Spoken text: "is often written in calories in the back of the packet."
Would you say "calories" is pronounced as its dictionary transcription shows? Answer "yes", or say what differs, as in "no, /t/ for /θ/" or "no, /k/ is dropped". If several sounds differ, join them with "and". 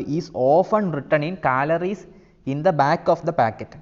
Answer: no, /s/ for /z/